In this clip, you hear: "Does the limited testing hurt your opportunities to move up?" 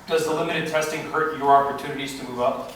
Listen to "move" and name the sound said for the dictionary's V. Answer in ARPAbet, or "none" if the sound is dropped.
V